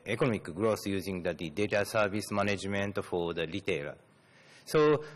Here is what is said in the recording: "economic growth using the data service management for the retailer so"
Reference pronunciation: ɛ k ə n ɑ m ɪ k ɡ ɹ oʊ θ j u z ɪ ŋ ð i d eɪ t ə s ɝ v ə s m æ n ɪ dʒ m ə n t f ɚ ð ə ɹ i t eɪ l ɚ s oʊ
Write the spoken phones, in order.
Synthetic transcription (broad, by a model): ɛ k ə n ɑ m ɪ k ɡ ɹ oʊ s j u z ɪ ŋ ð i d eɪ t ə s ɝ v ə s m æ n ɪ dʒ m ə n t f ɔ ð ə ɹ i t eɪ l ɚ s oʊ